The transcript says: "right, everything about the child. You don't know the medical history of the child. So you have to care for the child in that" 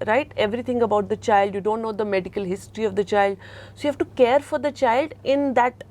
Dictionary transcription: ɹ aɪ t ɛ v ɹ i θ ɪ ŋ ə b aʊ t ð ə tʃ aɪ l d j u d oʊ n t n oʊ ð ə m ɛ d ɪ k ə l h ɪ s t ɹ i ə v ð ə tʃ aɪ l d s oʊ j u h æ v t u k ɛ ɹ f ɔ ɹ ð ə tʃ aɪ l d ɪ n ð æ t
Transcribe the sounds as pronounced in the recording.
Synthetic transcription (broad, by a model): ɹ aɪ t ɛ v ɹ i t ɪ ŋ ə b aʊ t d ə tʃ aɪ l d j u d oʊ n t n oʊ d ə m ɛ d ɪ k ə l h ɪ s t ɹ i ə v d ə tʃ aɪ l d s oʊ j u h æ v t u k ɛ ɹ f ɔ ɹ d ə tʃ aɪ l d ɪ n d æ t